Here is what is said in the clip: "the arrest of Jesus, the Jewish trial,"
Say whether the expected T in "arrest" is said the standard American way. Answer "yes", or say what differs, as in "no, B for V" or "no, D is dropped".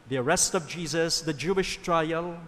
yes